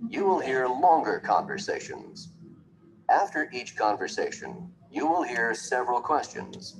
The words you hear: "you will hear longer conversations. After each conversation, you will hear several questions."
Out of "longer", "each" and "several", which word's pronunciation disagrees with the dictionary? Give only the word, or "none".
none